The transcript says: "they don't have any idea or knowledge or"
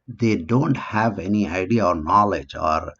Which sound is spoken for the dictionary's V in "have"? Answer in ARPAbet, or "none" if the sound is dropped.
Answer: V